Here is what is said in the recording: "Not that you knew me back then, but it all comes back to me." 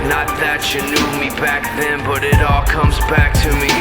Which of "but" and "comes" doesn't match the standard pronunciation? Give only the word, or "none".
none